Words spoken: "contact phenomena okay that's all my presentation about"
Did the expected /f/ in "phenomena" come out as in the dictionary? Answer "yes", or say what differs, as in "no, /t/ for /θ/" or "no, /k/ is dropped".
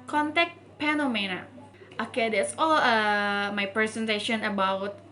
no, /p/ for /f/